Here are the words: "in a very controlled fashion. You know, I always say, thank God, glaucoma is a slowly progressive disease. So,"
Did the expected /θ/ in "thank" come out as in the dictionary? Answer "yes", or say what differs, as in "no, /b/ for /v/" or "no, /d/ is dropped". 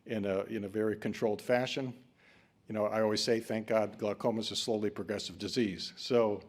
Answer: yes